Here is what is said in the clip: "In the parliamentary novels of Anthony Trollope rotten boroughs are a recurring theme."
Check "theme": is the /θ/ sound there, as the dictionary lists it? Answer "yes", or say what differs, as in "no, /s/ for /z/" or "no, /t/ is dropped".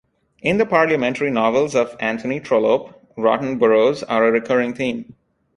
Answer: no, /t/ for /θ/